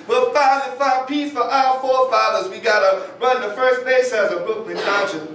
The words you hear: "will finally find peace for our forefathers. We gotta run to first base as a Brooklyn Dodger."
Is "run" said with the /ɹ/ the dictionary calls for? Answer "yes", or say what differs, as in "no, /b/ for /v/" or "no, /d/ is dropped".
yes